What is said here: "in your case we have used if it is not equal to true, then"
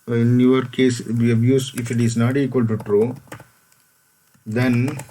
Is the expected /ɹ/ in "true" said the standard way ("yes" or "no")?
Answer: yes